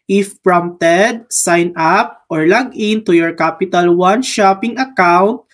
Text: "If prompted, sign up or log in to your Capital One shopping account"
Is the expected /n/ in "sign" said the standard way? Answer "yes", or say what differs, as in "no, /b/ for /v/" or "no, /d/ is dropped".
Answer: yes